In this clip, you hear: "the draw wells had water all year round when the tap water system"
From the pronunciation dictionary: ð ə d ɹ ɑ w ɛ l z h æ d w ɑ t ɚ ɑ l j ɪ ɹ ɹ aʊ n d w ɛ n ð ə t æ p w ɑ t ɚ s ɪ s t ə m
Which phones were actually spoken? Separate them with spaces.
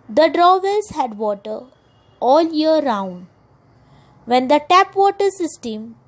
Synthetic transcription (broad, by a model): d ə d ɹ ɑ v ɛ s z h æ d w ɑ t ɚ ɑ l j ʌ ɹ ɹ aʊ n d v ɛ n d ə t æ p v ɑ t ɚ s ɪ s t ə m